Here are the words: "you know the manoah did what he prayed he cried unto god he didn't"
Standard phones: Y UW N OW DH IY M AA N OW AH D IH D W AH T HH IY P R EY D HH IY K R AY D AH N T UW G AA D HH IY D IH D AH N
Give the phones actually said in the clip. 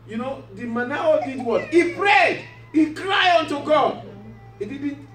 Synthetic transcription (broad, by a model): Y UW N OW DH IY M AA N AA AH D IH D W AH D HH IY P R EY D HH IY K R AY AO N T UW G AA D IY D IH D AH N